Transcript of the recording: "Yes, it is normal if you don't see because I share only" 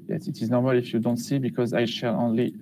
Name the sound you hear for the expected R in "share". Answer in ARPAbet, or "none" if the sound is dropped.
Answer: L